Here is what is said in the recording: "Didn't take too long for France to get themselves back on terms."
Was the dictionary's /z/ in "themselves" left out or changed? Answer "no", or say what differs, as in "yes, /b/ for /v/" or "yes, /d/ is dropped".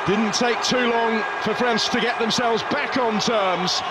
no